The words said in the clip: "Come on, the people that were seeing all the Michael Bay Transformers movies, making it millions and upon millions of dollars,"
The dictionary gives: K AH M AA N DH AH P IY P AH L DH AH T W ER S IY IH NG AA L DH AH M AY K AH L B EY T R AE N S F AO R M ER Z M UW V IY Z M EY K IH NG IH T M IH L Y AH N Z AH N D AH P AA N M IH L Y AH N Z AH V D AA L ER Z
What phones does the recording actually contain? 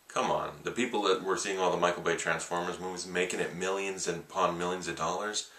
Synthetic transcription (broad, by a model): K AH M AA N DH AH P IY P L DH AH T W ER S IY IH NG AA L DH AH M AY K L B EY T R AE N S F AO R M ER Z M UW V IY Z M EY K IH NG IH T M IH L Y AH N Z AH N P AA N M IH L Y AH N Z AH V D AA L ER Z